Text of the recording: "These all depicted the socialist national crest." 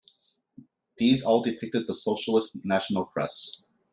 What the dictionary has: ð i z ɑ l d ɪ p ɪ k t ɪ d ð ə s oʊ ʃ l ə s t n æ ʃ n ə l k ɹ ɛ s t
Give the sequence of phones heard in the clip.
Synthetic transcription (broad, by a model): ð i z ɑ l d ɪ p ɪ k t ɪ d ð ə s oʊ ʃ l ə s t n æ ʃ n l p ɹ ɛ s